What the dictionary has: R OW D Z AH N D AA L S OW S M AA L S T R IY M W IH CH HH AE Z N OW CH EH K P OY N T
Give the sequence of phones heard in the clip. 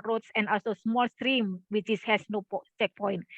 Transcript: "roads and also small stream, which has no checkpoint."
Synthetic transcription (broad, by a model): R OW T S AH N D AA L S OW S M AA L S T R IY M W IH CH HH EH S N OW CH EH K P OY N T